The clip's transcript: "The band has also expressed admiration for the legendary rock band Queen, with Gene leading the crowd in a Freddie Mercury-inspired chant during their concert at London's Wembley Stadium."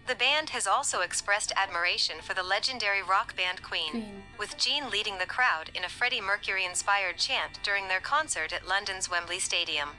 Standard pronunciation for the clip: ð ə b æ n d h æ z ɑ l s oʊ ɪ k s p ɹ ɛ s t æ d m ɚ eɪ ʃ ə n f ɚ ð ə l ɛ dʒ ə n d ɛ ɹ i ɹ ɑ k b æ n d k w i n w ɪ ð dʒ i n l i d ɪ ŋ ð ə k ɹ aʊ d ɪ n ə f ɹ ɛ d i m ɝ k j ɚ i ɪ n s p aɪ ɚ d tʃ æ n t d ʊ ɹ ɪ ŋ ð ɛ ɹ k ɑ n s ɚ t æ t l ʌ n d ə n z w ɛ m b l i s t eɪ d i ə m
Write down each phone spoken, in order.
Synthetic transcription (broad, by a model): ð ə b æ n d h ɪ z ɑ l s oʊ ɪ k s p ɹ ɛ s t æ d m ɚ eɪ ʃ ə n f ɚ ð ə l ɛ dʒ ə n d ɛ ɹ i ɹ ɑ k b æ n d k w i n w ɪ ð dʒ i n l i d ɪ ŋ ð ə k ɹ aʊ d ɪ n ə f ɹ ɛ d i m ɝ k j ɚ i ɪ n s p aɪ ɚ d tʃ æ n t d ʊ ɹ ɪ ŋ ð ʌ ɹ k ɑ n s ɚ t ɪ t l ʌ n d ə n z w ɛ m b l i s t eɪ d i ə m